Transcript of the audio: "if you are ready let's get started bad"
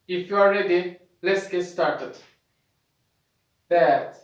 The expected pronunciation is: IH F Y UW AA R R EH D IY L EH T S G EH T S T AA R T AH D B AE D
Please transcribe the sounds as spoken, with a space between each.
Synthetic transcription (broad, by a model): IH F Y UW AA L R EH D IY L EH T S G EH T S T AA R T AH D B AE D